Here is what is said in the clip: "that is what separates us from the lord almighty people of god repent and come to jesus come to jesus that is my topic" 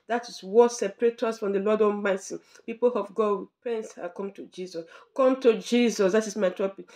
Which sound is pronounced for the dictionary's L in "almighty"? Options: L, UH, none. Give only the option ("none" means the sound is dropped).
none